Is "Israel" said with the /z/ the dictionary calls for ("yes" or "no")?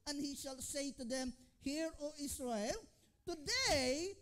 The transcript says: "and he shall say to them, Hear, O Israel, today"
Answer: no